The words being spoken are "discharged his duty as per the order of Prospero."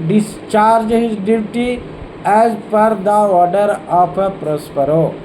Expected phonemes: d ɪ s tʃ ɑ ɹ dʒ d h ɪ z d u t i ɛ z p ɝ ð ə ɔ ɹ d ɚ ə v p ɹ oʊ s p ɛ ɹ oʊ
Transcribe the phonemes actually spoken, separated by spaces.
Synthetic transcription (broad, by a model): d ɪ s tʃ ɑ ɹ dʒ h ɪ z d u t i ɛ z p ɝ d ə ɔ ɹ d ɚ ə p p ɹ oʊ s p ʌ ɹ oʊ